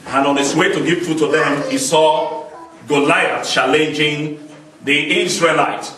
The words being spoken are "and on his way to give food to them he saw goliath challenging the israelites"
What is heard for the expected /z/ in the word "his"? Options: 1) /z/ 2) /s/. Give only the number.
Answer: 2